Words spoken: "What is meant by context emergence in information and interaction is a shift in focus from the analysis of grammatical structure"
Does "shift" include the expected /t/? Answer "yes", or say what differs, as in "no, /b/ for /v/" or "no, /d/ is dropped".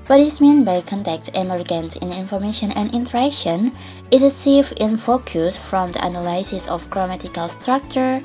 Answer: no, /t/ is dropped